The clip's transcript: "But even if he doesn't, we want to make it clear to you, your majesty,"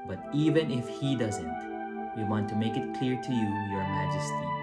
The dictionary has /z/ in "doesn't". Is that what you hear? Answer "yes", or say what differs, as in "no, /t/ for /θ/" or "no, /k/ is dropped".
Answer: yes